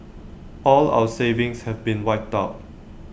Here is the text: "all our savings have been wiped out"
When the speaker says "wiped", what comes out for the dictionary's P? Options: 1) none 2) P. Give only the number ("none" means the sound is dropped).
1